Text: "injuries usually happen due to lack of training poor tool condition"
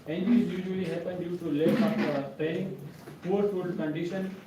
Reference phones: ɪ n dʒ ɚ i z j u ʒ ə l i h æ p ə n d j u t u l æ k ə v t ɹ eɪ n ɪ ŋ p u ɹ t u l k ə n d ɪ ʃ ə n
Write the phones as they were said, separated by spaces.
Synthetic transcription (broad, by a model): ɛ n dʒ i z j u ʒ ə l i h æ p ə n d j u t u l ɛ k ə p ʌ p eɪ ɪ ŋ p u ɹ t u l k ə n d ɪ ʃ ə n